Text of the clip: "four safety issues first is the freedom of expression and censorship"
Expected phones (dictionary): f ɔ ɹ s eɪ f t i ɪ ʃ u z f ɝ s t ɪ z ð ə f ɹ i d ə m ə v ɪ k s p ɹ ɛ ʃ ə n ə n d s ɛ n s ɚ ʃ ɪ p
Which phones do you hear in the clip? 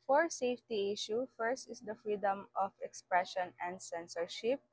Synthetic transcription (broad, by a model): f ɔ ɹ s eɪ f t i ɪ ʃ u f ɝ s t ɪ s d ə f ɹ i d ə m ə f ɪ k s p ɹ ɛ ʃ ə n ə n d s ɛ n s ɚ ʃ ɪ p